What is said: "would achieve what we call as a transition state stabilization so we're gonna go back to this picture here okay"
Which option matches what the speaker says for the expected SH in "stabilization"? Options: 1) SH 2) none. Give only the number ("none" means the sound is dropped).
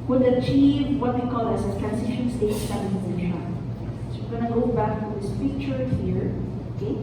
2